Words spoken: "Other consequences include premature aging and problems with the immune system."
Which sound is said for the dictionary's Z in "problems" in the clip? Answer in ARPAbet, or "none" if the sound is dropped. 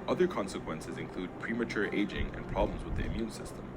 Z